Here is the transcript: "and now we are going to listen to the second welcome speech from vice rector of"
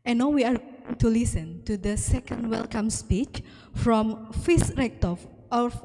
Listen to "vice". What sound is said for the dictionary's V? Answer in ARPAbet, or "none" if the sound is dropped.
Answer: F